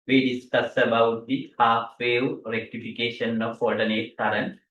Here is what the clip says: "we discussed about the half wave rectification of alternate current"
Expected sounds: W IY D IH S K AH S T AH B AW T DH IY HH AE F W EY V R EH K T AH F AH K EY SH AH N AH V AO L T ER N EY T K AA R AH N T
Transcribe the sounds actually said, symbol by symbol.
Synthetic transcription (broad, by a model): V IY D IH S K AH S AH B AW T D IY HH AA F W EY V R EH K T AH F AH K EY SH AH N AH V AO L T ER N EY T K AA R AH N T